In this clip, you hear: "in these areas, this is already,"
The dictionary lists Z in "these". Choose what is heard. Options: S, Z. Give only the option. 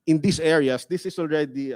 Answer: S